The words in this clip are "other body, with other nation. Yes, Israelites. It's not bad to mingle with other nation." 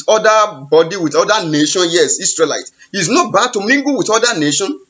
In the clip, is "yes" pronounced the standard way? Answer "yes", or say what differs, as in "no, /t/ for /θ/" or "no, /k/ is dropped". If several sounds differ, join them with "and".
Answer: yes